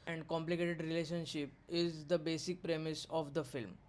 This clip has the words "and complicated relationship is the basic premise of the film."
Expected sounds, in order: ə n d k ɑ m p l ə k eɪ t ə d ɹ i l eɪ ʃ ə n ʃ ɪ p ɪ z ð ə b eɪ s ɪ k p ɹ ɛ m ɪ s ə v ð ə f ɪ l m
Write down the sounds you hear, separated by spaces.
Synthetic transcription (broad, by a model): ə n d k ɑ m p l ə k eɪ t ə d ɹ i l eɪ ʃ ə n ʃ ɪ p ɪ z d ə b eɪ s ɪ k p ɹ ɛ m ɪ s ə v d ə f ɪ l m